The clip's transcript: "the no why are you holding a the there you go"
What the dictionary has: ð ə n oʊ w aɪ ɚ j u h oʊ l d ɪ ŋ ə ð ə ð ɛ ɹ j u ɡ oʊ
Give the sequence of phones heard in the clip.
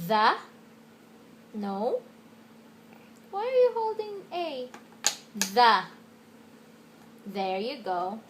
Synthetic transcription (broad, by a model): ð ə n oʊ w aɪ ɚ j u h oʊ l d ɪ ŋ ə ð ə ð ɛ ɹ j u ɡ oʊ